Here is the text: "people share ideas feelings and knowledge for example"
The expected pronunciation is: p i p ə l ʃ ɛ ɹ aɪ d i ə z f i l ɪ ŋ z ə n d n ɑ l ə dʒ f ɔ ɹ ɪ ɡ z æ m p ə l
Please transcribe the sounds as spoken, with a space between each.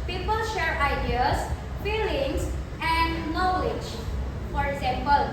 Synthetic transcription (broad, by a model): p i p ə l ʃ ɛ ɹ aɪ d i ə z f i l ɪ ŋ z ə n d n ɑ l ə dʒ f ɔ ɹ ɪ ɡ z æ m p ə l